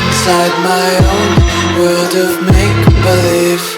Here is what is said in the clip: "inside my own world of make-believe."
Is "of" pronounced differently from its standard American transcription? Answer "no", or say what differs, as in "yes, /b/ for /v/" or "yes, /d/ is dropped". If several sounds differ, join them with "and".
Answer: no